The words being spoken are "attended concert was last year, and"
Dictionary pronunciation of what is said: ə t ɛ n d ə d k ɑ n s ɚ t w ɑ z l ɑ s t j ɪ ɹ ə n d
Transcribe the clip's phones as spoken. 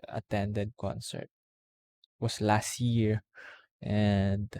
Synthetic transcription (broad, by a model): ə t ɛ n d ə d k ɑ n s ɚ t w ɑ s l ɑ s t j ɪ ɹ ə n d